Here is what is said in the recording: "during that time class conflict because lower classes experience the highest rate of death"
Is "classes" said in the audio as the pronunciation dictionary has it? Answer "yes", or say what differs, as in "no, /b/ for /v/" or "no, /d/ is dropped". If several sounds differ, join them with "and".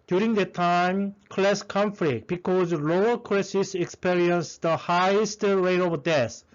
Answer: no, /s/ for /z/